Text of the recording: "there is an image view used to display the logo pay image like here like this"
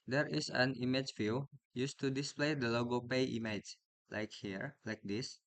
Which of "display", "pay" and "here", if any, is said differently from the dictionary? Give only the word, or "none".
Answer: none